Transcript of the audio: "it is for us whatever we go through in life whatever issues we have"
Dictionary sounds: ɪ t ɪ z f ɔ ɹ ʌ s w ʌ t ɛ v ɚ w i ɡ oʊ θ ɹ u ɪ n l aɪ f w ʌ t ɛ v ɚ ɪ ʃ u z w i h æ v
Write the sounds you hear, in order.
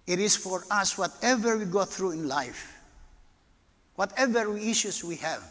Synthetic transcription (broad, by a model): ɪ t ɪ s f ɔ ɹ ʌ s w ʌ t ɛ v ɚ w i ɡ oʊ θ ɹ u ɪ n l aɪ f w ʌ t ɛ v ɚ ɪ ʃ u s w i h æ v